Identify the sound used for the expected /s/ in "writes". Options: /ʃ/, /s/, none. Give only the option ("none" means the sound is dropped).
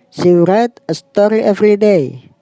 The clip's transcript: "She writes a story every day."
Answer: none